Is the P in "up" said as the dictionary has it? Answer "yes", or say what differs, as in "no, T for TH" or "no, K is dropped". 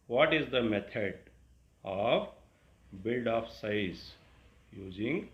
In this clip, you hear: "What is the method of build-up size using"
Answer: no, F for P